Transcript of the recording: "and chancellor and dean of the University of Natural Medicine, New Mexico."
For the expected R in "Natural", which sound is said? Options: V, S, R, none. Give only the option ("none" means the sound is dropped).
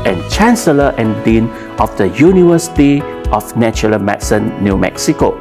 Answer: none